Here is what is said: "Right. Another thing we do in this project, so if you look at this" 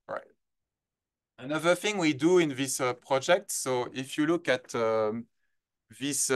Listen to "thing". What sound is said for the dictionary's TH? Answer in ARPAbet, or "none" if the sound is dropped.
TH